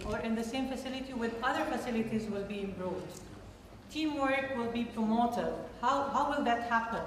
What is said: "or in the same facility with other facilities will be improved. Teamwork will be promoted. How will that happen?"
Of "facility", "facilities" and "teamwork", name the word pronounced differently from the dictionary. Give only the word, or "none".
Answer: none